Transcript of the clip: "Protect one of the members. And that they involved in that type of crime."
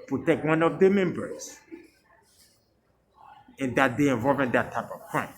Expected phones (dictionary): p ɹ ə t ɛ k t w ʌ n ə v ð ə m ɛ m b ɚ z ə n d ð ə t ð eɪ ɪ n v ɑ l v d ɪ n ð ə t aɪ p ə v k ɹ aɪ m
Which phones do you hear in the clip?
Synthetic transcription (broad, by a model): p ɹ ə t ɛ k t w ʌ n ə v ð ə m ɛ m b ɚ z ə n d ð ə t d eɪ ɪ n v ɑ l v ɪ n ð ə t aɪ p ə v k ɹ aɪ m